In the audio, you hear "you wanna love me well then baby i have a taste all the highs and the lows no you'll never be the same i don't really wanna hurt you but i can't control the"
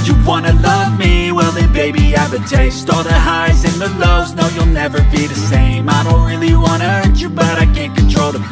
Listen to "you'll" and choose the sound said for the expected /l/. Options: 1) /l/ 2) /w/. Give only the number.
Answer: 1